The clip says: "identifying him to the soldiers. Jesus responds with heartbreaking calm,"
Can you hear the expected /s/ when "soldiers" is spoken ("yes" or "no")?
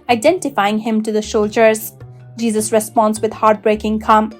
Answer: no